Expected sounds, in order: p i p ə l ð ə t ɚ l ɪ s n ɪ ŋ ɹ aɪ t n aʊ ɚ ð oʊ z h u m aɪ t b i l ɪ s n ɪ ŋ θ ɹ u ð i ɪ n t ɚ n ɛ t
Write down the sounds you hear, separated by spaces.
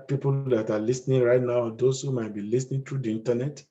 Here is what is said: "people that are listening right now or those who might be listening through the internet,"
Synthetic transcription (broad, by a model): p i p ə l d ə t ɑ l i s n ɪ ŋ ɹ aɪ t n aʊ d oʊ s h u m aɪ t b i l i s n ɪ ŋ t ɹ u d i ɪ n t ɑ n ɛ t